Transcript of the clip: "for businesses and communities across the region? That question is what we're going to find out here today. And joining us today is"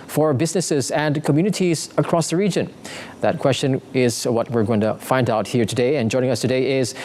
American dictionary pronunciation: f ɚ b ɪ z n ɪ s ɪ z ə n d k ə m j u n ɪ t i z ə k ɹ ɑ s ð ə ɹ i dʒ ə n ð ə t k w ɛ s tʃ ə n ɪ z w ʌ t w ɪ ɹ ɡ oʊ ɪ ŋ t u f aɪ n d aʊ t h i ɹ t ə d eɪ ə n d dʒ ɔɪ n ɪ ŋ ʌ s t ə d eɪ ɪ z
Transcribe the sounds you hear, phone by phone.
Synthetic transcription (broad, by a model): f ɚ b ɪ z n ɪ s ɪ z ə n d k ə m j u n ɪ t i z ə k ɹ ɑ s ð ə ɹ i dʒ ə n ð ə t k w ɛ s tʃ ə n ɪ z w ʌ t w ɪ ɹ ɡ oʊ ɪ ŋ t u f aɪ n d aʊ t h i ɹ t ə d eɪ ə n dʒ ɔɪ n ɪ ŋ ʌ s t ə d eɪ ɪ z